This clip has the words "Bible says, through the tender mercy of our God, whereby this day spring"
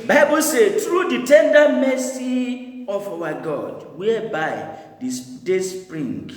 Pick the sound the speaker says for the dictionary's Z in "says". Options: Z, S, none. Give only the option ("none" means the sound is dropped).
none